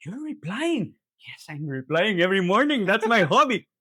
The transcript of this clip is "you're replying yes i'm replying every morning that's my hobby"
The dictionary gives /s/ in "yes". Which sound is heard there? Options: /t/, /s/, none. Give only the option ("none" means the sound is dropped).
/s/